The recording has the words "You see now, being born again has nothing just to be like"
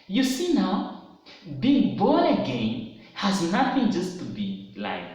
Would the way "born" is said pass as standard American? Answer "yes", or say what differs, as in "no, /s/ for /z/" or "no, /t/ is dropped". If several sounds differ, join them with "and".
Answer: no, /n/ is dropped